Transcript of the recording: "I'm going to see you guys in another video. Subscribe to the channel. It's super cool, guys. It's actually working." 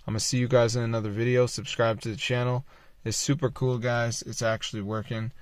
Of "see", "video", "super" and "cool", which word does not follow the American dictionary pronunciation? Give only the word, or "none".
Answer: none